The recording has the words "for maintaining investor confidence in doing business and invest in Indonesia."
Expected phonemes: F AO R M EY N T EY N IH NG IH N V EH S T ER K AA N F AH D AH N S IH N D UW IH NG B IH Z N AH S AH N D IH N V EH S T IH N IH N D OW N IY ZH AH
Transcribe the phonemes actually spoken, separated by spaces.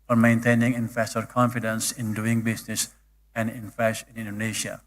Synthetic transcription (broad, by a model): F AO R M EY N T EY N IH NG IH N F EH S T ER K AA N F AH D AH N S IH N D UW IH NG B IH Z N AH S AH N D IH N F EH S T IH N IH N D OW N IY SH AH